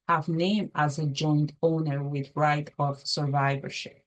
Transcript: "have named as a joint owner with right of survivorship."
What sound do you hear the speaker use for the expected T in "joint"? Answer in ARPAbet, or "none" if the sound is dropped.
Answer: T